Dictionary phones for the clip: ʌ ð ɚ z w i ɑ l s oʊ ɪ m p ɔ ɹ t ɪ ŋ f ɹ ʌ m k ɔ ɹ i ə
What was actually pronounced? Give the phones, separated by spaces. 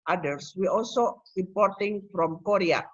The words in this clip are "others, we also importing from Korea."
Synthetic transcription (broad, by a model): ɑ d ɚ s w i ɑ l s oʊ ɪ p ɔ ɹ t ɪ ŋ f ɹ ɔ m k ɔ ɹ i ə